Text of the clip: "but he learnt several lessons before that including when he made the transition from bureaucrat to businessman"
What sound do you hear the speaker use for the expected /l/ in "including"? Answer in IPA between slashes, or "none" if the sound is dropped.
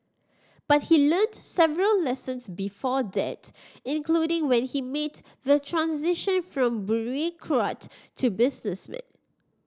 /l/